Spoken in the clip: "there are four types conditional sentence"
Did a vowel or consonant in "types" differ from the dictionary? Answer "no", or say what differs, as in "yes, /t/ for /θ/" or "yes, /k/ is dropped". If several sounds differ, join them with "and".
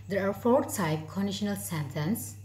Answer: yes, /s/ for /t/